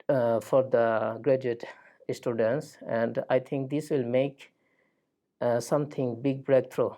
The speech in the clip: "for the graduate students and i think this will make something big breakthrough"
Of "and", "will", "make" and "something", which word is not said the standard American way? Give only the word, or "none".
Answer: something